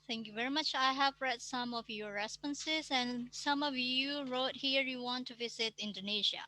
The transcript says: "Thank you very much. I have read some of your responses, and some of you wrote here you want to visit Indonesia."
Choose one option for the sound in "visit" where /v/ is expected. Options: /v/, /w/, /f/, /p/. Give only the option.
/v/